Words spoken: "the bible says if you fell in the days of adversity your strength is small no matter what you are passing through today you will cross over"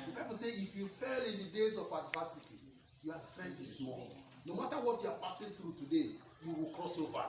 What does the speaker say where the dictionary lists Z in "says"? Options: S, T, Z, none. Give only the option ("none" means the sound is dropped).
none